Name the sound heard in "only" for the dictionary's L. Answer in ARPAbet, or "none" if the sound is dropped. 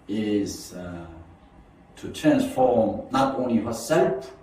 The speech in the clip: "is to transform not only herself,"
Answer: L